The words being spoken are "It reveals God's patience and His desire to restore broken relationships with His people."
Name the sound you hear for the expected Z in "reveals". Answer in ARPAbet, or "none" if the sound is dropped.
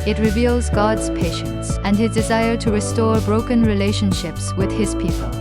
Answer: Z